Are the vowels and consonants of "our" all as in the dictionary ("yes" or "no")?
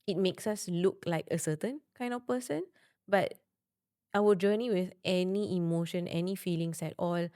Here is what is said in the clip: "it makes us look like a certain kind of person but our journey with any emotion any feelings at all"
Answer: no